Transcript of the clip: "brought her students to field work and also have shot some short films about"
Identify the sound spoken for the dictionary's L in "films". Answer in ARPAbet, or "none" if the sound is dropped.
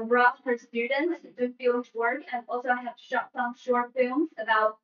none